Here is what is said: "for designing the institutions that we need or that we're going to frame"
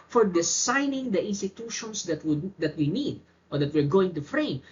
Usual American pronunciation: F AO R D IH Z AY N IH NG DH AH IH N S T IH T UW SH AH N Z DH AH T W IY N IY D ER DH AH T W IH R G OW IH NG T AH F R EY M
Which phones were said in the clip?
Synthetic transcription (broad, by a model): F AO R D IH S AY N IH NG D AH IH N S T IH T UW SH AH N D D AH T W IY N IY D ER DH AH T W IH R G OW IH NG T AH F R EY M